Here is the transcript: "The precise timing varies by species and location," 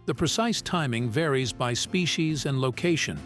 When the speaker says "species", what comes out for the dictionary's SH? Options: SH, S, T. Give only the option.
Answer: SH